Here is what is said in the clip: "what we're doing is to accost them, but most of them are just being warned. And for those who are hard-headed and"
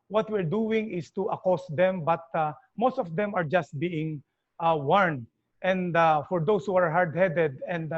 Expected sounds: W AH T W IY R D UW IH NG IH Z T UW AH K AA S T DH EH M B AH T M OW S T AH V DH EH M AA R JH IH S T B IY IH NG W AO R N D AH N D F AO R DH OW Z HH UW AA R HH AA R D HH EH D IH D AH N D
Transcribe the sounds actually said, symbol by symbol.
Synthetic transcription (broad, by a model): W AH T W IY R D UW IH NG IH S T UW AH K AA S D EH M B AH T M OW S T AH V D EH M AA R JH IH S T B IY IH NG W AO R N D AH N D F AO R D OW S HH UW AA R HH AA R D HH EH D IH D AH N D